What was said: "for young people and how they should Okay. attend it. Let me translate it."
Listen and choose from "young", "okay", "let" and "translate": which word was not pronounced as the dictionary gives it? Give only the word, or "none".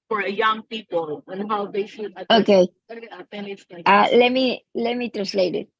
none